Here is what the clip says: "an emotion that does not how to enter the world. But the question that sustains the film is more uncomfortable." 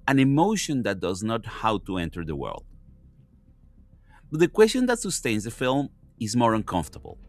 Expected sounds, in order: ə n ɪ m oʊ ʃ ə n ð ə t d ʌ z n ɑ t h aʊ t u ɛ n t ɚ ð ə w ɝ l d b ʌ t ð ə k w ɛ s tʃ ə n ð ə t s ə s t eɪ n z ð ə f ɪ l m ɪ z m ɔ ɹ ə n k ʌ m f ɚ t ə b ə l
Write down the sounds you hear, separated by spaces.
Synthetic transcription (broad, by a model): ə n ɪ m oʊ ʃ ə n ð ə t d ʌ z n ɑ t h aʊ t u ɛ n t ɚ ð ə w ɝ l d b ʌ t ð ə k w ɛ s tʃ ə n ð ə t s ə s t eɪ n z ð ə f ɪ l m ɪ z m ɔ ɹ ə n k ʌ m f t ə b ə l